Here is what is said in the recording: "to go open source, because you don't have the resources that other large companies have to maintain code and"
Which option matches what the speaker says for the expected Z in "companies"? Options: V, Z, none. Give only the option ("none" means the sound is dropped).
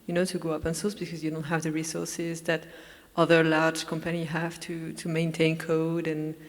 none